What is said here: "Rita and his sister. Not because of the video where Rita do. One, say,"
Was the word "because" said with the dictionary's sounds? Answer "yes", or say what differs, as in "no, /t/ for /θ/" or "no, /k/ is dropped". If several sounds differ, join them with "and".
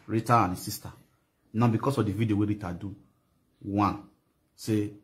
no, /s/ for /z/